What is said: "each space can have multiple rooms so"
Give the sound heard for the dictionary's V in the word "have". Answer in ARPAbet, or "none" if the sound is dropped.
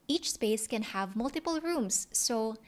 V